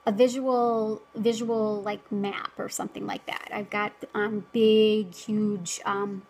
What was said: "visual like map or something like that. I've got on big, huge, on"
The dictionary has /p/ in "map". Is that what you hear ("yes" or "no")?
yes